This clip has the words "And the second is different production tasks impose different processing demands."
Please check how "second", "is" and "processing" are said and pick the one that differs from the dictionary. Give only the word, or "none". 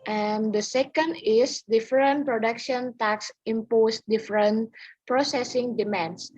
is